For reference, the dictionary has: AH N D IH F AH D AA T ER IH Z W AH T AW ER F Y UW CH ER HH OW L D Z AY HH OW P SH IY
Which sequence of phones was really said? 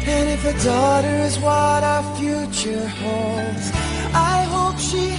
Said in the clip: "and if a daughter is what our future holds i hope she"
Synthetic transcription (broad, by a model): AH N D IH F AH D AA T ER IH Z W AH T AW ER F Y UW CH ER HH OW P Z AY HH OW P SH IY